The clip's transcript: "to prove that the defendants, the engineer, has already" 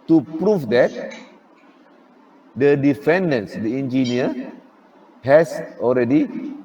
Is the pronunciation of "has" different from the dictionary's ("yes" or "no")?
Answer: yes